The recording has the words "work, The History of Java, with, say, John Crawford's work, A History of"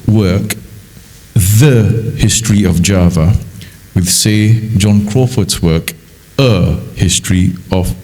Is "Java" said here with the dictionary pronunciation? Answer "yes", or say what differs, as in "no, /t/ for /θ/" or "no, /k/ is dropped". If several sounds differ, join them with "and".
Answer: yes